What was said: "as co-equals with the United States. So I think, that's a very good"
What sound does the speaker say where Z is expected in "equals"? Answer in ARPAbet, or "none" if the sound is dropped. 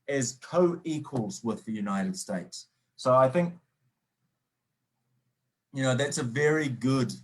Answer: Z